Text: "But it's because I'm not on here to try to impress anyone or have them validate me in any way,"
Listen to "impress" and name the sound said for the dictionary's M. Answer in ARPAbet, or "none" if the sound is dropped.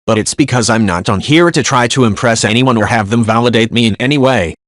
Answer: M